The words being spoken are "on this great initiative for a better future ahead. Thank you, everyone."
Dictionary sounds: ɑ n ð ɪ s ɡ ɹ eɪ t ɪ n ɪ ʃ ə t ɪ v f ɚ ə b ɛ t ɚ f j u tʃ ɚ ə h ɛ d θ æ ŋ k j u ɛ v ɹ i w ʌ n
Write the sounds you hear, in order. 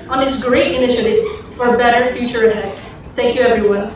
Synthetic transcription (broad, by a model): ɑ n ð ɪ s ɡ ɹ eɪ t ɪ n ɪ ʃ ə t ɪ v f ɚ ə b ɛ t ɚ f j u tʃ ɚ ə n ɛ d θ æ ŋ k j u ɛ v ɹ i w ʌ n